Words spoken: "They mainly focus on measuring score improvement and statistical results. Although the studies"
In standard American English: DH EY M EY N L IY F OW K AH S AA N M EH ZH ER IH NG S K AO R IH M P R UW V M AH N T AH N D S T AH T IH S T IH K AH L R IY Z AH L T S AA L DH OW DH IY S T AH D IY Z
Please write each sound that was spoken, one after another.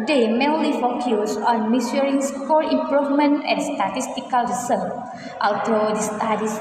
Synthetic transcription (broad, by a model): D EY M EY L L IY F OW K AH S AA N M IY S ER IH NG S K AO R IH M P R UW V M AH N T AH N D S T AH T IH S T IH K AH L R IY S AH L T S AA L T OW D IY S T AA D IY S